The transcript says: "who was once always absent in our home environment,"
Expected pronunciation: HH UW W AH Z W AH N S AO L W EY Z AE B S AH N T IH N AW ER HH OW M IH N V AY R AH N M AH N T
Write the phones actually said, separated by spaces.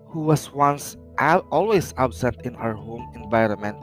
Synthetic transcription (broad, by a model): HH UW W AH S W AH N S AO L W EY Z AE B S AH N T IH N AW ER HH OW M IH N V AY R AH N M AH N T